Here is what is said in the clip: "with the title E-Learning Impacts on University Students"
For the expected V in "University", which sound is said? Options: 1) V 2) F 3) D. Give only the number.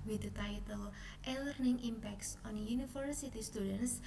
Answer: 2